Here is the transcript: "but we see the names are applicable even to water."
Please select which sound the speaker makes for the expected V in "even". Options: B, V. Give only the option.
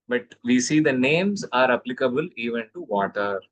V